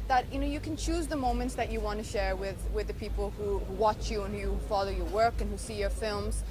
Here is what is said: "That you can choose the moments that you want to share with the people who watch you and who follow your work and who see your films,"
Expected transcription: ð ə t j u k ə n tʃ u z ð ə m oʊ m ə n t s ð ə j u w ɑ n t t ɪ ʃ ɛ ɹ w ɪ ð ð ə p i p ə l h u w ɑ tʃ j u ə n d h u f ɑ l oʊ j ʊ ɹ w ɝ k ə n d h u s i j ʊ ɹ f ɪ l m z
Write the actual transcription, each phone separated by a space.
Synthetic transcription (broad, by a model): ð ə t j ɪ k ə n tʃ u z ð ə m oʊ m ə n t s ð ə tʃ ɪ w ɑ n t t ɪ ʃ ɛ ɹ w ɪ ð ð ə p i p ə l h u w ɑ tʃ j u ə n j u f ɑ l oʊ j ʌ ɹ w ɝ k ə n h u s i j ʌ ɹ f ɪ l m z